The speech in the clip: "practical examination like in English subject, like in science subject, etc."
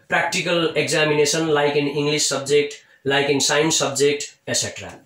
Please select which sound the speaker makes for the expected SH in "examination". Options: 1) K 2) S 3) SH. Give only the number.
2